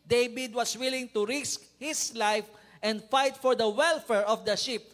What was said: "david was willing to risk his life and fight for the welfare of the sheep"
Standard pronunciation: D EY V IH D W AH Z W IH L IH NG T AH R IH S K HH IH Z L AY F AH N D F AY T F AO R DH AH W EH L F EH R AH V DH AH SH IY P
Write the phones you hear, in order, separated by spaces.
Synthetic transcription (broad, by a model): D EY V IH D W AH S W IH L IH NG T AH R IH S K HH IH S L AY F AH N D F AY T F AO R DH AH W EH L F EH R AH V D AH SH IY P